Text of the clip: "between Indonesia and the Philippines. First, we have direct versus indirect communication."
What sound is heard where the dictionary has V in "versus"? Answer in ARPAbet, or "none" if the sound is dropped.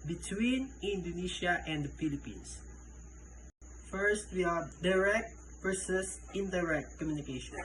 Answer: P